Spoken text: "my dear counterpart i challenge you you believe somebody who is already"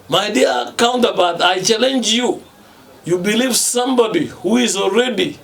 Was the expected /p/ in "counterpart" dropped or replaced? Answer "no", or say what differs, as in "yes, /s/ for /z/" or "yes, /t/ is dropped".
yes, /b/ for /p/